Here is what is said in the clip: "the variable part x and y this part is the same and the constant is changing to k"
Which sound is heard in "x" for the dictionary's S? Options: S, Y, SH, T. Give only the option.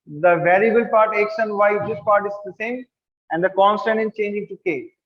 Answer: SH